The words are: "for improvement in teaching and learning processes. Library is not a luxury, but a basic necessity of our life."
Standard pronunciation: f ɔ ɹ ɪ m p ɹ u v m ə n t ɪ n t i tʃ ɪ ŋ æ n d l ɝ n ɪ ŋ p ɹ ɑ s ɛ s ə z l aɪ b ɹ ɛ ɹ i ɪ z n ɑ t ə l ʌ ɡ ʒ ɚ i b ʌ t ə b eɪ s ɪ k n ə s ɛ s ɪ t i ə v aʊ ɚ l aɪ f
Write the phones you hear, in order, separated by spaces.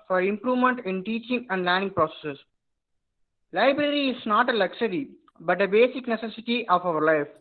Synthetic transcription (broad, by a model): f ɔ ɹ ɪ m p ɹ u v m ə n t ɪ n t i tʃ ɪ ŋ æ n d l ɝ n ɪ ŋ p ɹ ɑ s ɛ s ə s l aɪ b ɹ ɛ ɹ i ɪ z n ɑ t ə l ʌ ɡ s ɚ i b ʌ t ə b eɪ s ɪ k n ə s ɛ s ɪ t i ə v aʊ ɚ l aɪ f